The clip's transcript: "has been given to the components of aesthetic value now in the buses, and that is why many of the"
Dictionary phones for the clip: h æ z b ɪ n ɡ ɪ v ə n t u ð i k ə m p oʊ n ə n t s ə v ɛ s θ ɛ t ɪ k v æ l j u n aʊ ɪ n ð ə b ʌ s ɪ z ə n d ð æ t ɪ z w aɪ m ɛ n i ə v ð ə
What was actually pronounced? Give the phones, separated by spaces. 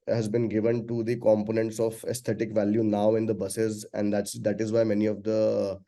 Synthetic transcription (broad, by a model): h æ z b ɪ n ɡ ɪ v ə n t u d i k ə m p oʊ n ə n t s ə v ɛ s t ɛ t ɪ k v æ l j u n aʊ ɪ n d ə b ʌ s ɪ z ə n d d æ t ɪ z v aɪ m ɛ n i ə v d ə